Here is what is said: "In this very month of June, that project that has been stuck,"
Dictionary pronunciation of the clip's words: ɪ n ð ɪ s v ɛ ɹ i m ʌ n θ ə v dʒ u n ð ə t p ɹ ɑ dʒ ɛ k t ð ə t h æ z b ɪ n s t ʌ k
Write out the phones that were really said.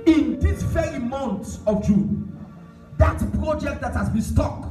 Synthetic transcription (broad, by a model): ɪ n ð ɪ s f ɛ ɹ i m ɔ n s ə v dʒ u n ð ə t p ɹ ɑ dʒ ɛ k t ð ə t h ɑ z b ɪ n s t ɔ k